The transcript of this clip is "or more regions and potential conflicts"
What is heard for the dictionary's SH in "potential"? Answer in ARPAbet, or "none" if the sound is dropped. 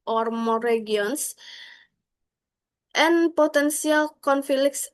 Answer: S